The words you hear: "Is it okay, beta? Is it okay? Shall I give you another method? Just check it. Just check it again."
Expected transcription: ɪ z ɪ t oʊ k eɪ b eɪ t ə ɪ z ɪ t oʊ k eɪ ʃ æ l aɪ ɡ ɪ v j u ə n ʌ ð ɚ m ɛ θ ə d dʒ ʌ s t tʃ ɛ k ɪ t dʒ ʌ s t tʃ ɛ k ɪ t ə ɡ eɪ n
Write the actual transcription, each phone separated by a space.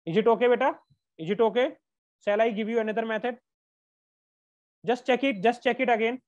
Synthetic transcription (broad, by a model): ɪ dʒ ɪ t oʊ k eɪ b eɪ t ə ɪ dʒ ɪ t oʊ k eɪ s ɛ l aɪ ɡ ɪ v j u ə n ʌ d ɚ m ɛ t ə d dʒ ʌ s t tʃ ɛ k ɪ t dʒ ʌ s t tʃ ɛ k ɪ t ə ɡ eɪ n